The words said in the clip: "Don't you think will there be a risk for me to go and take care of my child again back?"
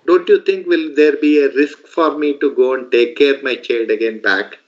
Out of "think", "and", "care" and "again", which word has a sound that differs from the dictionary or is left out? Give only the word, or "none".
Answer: think